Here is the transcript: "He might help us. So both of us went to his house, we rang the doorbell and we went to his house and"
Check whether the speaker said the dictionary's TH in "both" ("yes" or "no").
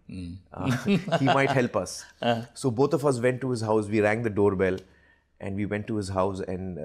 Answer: no